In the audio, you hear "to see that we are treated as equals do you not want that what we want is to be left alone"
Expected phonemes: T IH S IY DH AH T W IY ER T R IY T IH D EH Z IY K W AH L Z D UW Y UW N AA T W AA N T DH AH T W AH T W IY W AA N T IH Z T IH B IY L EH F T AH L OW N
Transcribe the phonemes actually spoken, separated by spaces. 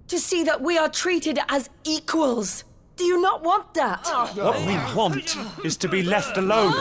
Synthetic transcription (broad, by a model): T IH S IY DH AH T W IY ER T R IY T IH D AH Z IY K W AH L Z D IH Y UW N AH T W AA N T DH AH T W AH T W IY W AA N T IH Z T IH B IY L EH F T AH L OW N